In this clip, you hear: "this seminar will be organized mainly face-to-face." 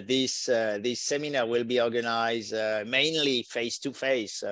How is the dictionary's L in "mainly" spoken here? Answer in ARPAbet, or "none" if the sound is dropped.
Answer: L